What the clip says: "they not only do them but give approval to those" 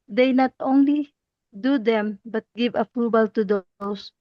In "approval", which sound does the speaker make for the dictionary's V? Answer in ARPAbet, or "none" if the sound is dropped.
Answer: B